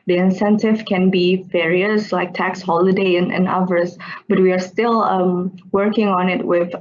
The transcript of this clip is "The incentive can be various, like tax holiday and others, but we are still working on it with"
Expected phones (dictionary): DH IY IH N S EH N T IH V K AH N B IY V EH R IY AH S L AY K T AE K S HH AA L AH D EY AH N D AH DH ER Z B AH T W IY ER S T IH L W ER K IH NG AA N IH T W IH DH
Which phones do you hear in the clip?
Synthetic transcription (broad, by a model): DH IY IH N S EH N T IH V K AH N B IY F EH R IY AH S L AY K T AE K S HH AA L AH D EY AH N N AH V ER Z B AH T W IY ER S T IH L W ER K IH NG AA N IH T W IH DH